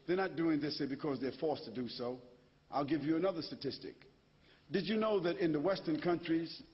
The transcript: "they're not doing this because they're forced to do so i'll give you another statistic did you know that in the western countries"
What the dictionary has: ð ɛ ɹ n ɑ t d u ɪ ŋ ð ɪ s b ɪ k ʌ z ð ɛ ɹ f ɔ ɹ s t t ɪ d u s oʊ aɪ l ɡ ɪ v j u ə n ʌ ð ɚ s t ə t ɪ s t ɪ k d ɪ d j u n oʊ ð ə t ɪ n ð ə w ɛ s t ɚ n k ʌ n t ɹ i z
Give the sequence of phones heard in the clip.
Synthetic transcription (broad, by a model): ð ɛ ɹ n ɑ t d u ɪ ŋ ð ɪ s b ɪ k ʌ z ð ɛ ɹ f ɔ ɹ s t t ɪ d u s oʊ aɪ l ɡ ɪ v j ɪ ə n ʌ ð ɚ s t ə t ɪ s t ɪ k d ɪ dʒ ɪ n oʊ ð ə t ɪ n ð ə w ɛ s t ɚ n k ʌ n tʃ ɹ i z